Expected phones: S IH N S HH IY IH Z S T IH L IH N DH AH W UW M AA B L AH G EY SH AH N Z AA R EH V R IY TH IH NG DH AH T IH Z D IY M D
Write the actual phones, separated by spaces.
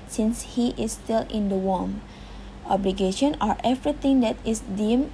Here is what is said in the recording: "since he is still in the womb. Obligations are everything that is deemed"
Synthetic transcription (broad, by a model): S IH N S HH IY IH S T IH L IH N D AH W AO M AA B L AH G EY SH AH N AA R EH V R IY T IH NG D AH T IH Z D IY M